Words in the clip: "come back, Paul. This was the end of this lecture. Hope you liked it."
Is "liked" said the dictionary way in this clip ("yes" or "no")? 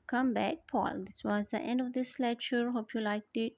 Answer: yes